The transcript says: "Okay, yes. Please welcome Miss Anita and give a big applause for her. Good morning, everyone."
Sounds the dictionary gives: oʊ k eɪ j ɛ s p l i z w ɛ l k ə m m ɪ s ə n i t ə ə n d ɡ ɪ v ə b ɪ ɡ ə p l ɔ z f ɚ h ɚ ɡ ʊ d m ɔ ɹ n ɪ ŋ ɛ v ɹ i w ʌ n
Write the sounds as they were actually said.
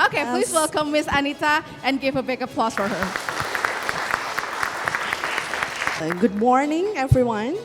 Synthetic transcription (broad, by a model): oʊ k eɪ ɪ p l i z w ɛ l k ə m m ɪ s ə n i t ə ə n ɡ ɪ v ə b ɪ ɡ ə p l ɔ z f ɚ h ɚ ɡ ʊ d m ɔ ɹ n ɪ ŋ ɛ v ɹ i w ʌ n